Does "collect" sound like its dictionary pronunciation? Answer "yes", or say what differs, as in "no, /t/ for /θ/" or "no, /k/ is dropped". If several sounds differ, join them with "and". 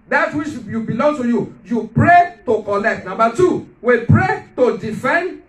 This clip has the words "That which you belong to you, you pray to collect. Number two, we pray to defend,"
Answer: yes